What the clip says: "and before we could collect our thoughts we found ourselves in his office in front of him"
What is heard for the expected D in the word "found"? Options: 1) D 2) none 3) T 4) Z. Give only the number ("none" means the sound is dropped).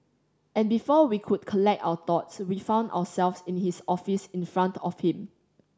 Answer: 1